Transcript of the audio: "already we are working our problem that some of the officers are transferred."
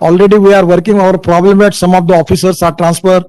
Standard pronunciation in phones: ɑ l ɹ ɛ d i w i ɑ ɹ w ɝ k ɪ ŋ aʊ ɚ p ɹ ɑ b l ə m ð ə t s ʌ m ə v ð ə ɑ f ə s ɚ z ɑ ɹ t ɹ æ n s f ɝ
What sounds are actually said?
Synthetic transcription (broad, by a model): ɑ l ɹ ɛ d i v i ɑ ɹ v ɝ k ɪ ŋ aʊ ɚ p ɹ ɑ b l ə m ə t s ʌ m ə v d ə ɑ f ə s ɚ s ɑ ɹ t ɹ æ n s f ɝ